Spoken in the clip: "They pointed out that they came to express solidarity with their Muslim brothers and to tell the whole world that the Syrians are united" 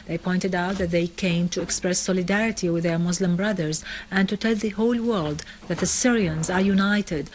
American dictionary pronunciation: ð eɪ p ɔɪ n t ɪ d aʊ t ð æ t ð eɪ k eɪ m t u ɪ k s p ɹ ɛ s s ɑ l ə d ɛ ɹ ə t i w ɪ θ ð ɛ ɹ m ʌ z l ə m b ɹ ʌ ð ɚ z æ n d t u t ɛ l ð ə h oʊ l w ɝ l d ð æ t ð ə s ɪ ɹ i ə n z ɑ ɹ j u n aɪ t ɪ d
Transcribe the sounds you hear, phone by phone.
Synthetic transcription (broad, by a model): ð eɪ p ɔɪ n t ɪ d aʊ t ð æ t ð eɪ k eɪ m t u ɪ k s p ɹ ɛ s s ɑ l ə d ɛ ɹ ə t i w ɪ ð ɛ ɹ m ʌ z l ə m b ɹ ʌ ð ɚ z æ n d t u t ɛ l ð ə h oʊ l w ɝ l d ð æ t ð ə s ɪ ɹ i ə n z ɑ ɹ j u n aɪ t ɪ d